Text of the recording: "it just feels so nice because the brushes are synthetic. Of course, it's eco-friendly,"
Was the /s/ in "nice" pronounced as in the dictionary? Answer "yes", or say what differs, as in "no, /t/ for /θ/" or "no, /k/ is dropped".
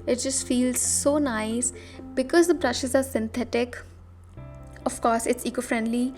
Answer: yes